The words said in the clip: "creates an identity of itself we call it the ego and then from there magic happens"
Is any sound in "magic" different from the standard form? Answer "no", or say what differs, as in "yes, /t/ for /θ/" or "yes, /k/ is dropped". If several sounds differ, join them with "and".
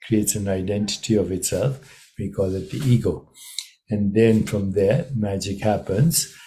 no